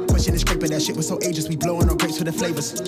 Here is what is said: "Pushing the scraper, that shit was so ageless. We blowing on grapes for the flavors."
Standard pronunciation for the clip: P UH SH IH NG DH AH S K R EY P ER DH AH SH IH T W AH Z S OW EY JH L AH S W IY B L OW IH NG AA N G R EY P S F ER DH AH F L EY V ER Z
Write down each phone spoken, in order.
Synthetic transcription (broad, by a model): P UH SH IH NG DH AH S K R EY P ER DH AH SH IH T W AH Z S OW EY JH AH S W IY B L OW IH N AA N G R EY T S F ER DH AH F L EY V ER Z